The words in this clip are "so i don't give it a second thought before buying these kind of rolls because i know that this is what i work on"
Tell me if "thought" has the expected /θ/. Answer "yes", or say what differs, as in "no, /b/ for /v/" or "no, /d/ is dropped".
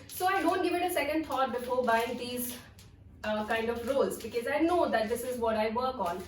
no, /t/ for /θ/